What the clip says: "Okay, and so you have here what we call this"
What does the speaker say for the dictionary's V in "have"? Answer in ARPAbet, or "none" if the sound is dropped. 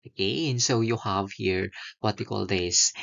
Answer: V